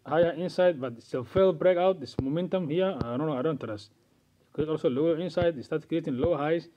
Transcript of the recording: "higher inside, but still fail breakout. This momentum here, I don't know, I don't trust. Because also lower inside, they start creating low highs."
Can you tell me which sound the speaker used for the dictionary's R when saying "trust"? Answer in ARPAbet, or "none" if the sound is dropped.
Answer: none